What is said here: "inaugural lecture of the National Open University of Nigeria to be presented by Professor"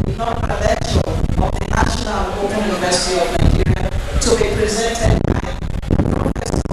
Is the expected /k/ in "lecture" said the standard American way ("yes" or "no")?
no